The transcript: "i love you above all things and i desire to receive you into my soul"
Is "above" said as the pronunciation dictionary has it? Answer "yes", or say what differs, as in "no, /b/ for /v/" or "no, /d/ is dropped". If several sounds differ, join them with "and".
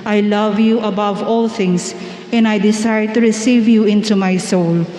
yes